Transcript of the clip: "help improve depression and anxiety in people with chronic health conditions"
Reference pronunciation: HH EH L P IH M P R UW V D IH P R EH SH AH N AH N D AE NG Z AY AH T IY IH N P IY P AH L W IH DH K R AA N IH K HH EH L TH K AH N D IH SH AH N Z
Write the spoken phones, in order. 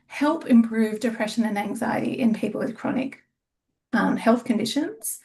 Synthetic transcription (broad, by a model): HH EH L P IH M P R UW V D IH P R EH SH AH N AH N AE NG Z AY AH T IY IH N P IY P L W IH DH K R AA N IH K HH EH L TH K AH N D IH SH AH N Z